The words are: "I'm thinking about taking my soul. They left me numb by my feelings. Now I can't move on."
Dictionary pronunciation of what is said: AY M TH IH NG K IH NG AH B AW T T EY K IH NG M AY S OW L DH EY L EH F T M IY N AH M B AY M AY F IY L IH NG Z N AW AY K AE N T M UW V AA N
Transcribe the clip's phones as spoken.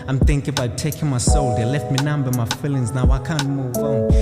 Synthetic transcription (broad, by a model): AY M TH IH NG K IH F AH IH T T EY K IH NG M AY S OW L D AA L EH F T M IY N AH M B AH M AY F IY L IH NG Z N AW AY K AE N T M UW V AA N